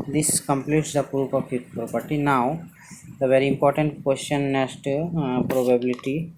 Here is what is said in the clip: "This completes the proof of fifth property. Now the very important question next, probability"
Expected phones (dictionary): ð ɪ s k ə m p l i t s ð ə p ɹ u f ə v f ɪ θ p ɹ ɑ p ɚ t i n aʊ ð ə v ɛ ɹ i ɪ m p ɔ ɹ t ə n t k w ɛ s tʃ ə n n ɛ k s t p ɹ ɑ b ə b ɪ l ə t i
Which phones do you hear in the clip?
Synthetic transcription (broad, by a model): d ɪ s k ə m p l i t s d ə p ɹ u p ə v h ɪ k p ɹ ɑ p ɚ t i n aʊ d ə v ɛ ɹ i ɪ m p ɔ ɹ t ə n t k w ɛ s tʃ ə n n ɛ s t p ɹ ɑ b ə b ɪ l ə t i